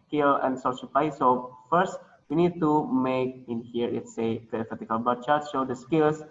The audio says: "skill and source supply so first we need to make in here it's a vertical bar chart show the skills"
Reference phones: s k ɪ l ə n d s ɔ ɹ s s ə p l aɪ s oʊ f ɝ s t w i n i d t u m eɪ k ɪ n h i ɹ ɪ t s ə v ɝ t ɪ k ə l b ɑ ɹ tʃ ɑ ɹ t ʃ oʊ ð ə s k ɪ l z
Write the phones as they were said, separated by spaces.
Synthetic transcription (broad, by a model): k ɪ l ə n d s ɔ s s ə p aɪ s oʊ f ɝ s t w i n i d t u m eɪ k ɪ n h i ɹ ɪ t s ə f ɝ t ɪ k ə l b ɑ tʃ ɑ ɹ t ʃ oʊ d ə s k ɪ l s